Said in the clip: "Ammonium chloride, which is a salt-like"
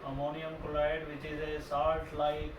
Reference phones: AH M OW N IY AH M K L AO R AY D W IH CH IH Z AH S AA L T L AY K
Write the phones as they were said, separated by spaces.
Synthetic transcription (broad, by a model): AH M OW N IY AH M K AO L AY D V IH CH IH Z AH S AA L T L AY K